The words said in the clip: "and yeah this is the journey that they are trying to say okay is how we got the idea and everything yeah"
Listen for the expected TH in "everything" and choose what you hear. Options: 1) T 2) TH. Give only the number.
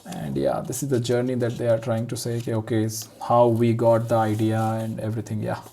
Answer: 1